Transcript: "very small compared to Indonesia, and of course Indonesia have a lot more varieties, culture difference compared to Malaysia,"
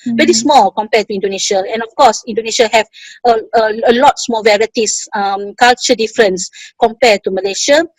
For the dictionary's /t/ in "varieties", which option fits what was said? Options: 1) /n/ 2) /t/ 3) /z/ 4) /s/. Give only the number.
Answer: 4